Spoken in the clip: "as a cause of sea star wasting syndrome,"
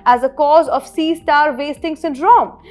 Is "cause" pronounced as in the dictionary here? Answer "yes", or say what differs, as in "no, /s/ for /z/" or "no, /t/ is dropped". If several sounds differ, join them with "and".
yes